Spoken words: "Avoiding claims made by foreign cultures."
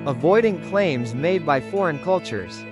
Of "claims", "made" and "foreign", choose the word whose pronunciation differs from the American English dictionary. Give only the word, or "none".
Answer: none